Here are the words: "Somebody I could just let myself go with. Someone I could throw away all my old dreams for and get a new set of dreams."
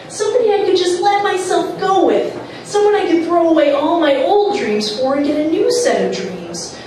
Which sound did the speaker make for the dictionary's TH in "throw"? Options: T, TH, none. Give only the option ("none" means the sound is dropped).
TH